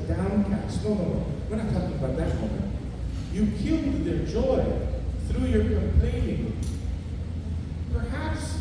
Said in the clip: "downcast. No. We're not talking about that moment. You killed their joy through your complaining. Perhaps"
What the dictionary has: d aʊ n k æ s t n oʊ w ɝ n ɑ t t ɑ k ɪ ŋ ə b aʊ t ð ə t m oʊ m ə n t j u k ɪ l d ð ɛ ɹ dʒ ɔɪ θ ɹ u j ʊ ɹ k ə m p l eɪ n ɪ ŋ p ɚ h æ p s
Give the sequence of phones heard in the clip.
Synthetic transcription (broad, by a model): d aʊ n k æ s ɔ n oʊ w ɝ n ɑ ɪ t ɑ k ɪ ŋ ə b aʊ t ð ə t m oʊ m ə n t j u k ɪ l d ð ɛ ɹ dʒ ɔɪ θ ɹ u j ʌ ɹ k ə m p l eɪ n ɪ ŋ p ɚ h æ p s